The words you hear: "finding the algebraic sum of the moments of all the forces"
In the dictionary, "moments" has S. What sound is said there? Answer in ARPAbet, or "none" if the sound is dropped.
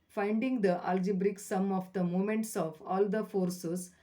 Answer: S